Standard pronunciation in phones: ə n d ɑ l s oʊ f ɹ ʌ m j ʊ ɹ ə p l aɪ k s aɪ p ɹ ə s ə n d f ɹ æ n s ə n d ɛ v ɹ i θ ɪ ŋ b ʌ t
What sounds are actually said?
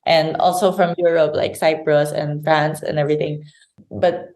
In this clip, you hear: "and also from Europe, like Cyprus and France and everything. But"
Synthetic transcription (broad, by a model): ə n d ɑ l s oʊ f ɹ ʌ m j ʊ ɹ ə p l aɪ k s aɪ p ɹ ə s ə n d f ɹ æ n s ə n ɛ v ɹ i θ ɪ ŋ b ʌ t